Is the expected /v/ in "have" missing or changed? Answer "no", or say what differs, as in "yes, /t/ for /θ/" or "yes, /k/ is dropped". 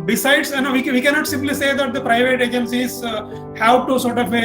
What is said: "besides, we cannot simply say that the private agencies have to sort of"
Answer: yes, /p/ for /v/